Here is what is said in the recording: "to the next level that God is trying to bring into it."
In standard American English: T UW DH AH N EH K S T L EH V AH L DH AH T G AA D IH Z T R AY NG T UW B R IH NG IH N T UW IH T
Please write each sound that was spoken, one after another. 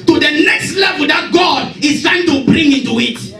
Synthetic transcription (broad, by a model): T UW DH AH N EH K S T L EH V AH L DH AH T G AA D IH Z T AY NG T UW B R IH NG IH N T UW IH T